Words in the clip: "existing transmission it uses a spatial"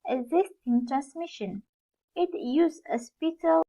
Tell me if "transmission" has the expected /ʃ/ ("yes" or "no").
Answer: yes